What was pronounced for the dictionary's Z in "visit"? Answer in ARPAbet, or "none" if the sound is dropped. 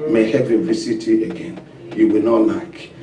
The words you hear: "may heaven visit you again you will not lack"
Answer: S